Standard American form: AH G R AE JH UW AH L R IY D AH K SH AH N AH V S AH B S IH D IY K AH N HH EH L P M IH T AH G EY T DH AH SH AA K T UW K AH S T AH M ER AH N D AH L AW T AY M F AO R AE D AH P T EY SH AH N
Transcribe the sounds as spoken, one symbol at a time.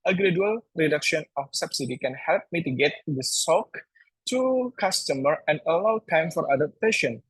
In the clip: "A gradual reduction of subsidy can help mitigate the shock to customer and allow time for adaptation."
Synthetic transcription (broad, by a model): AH G R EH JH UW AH L R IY D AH K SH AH N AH F S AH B S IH D IY K AH N HH EH L P M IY T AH G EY T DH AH S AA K T UW K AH S T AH M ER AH N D AH L AW T AY M F AO R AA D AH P T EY SH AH N